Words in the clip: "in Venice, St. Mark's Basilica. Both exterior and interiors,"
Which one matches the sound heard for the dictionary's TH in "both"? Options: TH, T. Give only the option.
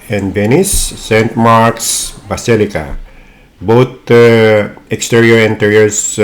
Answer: T